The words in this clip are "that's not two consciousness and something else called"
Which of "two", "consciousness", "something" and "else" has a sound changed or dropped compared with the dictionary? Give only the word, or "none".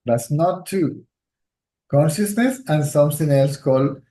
something